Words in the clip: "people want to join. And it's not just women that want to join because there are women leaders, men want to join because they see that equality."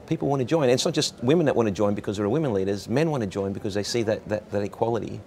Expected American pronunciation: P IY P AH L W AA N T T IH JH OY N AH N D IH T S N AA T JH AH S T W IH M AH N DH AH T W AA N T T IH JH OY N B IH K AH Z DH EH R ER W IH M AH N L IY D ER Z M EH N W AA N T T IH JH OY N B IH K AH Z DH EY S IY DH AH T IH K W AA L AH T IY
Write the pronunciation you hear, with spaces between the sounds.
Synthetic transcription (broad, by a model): P IY P L W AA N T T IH JH OY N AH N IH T S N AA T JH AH S T W IH M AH N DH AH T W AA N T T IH JH OY N B IH K AH Z DH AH R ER W IH M AH N L IY D ER Z M EH N W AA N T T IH JH OY N B IH K AH Z DH EY S IY DH AH T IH K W AA L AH T IY